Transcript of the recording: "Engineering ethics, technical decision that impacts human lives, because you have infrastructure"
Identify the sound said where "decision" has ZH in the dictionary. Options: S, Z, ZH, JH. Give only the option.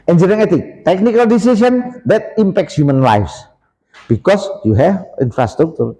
S